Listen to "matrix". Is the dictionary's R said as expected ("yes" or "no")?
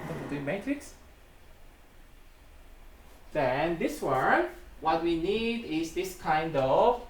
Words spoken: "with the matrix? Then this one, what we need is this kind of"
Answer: yes